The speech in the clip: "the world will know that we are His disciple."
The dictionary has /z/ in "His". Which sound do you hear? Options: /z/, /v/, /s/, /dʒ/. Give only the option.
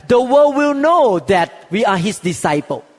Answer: /s/